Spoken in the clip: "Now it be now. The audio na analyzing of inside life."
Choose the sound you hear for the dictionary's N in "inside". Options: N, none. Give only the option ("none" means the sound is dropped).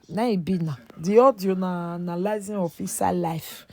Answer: none